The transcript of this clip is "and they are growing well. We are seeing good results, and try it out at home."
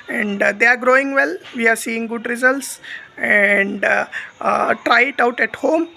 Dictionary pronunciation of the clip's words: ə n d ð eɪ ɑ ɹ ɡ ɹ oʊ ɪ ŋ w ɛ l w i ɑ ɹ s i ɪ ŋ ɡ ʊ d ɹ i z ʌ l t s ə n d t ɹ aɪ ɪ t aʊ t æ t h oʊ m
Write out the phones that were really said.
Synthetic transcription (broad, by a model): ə n d eɪ ɑ ɹ ɡ ɹ oʊ ɪ ŋ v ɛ l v i ɑ ɹ s i ɪ ŋ ɡ ʊ d ɹ i z ʌ l t s ə n d t ɹ aɪ ɪ t aʊ t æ t h oʊ m